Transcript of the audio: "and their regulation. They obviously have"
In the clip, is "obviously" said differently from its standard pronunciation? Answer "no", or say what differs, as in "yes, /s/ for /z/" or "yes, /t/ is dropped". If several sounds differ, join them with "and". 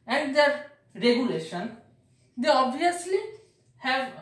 no